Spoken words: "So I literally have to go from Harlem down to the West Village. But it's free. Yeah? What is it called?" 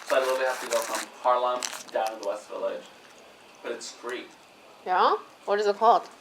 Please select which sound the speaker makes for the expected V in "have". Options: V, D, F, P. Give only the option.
F